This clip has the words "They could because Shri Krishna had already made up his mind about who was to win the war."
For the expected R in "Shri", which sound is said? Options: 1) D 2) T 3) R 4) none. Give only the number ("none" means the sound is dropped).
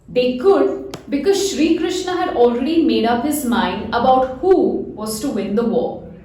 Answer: 3